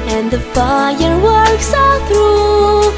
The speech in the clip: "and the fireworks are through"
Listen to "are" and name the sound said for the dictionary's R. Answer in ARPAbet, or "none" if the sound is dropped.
L